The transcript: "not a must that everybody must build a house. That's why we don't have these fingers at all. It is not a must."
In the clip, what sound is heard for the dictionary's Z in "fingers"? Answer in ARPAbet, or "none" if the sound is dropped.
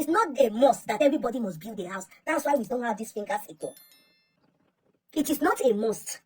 S